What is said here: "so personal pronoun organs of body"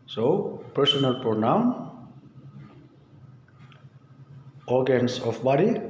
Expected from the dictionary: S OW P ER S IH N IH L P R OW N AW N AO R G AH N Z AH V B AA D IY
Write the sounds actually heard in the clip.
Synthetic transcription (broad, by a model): S OW P ER S IH N IH L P OW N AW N AO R G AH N S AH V B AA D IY